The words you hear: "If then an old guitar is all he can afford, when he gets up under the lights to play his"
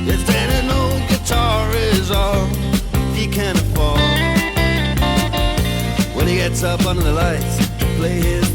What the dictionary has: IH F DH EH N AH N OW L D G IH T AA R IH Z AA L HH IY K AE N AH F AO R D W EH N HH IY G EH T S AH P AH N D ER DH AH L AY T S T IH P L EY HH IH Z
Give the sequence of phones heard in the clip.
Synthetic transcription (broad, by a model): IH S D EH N AH N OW G IH T AA R IH Z AA L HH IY K AE N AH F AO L W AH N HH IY G EH T S AH P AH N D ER DH AH L AY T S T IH P L EY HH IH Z